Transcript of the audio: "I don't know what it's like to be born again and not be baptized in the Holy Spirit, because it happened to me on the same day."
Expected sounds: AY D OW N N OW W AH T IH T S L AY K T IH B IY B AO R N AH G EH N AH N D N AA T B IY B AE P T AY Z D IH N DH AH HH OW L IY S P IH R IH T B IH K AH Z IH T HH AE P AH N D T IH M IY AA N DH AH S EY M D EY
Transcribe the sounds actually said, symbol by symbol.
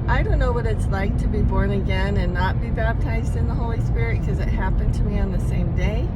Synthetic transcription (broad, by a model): AY D OW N N OW W AH T IH T S L AY K T IH B IY B AO R N AH G EH N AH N N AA T B IY B AE P T AY Z D IH N DH AH HH OW L IY S P IH R IH T K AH Z IH T HH AE P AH N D T IH M IY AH N DH AH S EY M D EY